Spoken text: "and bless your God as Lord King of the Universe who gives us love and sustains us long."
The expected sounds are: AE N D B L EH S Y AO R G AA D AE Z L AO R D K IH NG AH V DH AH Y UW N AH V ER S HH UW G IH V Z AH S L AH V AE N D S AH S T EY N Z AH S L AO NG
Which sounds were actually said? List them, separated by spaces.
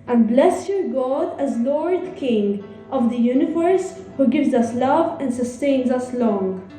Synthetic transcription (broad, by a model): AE N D B L EH S Y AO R G AA D AE Z L AO R D K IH NG AH V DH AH Y UW N AH V ER S HH UW G IH V Z AH S L AH V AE N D S AH S T EY N Z AH S L AO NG